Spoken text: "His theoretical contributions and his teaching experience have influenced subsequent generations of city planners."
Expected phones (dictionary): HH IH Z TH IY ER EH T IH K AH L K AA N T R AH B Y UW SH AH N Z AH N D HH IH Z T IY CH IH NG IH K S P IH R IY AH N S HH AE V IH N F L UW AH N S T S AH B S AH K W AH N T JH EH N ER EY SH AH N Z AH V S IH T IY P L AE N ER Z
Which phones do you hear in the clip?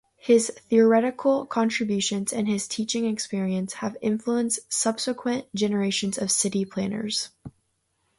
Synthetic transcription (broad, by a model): HH IH Z TH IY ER EH T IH K L K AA N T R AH B Y UW SH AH N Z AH N IH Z T IY CH IH NG IH K S P IH R IY AH N S HH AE V IH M F L UW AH N S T S AH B S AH K W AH N JH EH N ER EY SH AH N Z AH V S IH T IY P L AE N ER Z